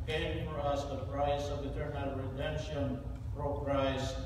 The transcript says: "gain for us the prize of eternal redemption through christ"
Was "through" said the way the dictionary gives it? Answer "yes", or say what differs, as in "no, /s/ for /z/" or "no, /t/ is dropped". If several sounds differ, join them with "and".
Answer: no, /f/ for /θ/